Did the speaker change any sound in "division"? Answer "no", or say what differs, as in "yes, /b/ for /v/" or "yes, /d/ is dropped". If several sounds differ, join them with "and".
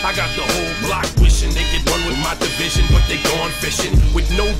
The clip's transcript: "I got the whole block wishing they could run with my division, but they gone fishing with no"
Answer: no